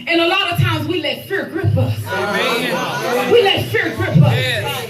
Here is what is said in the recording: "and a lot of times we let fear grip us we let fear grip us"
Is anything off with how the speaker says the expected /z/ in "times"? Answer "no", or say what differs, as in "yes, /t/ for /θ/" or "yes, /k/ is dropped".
no